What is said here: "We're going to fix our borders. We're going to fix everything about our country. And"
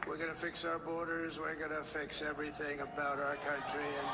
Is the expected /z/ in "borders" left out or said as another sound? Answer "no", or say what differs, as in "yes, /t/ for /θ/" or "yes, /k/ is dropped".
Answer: no